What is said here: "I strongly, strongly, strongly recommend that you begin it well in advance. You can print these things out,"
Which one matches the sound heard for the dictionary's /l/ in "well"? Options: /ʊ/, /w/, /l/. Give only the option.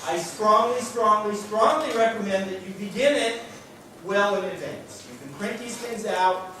/l/